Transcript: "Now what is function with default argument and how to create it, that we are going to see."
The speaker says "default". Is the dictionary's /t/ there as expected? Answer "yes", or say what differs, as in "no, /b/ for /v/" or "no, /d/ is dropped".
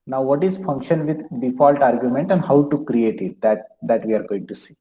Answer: yes